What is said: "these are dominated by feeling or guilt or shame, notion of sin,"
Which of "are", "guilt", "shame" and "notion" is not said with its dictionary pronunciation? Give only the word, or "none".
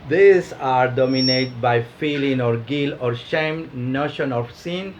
guilt